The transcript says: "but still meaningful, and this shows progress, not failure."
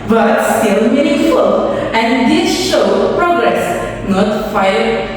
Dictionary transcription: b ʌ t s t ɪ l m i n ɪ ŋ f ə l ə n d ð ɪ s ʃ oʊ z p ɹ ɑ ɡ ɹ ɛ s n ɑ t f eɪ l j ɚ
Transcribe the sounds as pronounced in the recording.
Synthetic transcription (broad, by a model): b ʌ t s t ɪ l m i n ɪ f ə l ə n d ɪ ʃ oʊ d p ɹ ɑ ɡ ɹ ɛ s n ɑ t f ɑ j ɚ